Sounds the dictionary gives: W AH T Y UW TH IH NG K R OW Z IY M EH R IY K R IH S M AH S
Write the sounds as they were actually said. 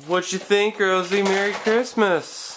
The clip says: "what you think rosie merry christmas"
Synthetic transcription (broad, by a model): W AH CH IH TH IH NG K R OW Z IY M EH R IY K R IH S M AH S